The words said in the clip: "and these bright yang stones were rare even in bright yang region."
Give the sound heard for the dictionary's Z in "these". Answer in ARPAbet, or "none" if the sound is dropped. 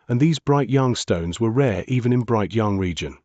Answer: Z